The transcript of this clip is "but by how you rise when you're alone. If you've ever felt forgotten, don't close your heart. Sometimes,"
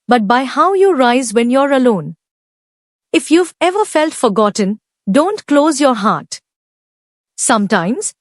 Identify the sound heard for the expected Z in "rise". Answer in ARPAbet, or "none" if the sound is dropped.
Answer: Z